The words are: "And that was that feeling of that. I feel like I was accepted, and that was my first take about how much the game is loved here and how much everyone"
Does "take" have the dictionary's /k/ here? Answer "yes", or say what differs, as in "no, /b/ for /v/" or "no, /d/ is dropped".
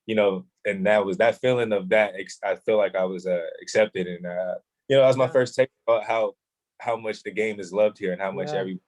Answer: no, /k/ is dropped